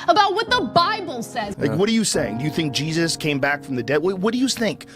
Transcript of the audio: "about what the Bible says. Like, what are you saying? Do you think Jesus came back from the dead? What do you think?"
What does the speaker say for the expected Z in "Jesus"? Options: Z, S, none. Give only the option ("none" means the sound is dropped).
Z